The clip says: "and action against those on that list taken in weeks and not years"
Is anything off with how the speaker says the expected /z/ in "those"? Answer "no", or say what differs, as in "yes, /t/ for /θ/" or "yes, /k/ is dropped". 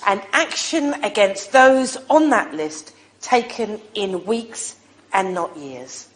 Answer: no